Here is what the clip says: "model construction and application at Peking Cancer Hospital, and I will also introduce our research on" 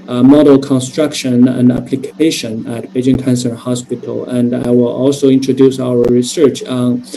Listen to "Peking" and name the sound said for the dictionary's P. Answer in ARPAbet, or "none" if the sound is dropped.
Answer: B